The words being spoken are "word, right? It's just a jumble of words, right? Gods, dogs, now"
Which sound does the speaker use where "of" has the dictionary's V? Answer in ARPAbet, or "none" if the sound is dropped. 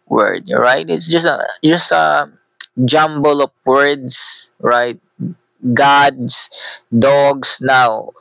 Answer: P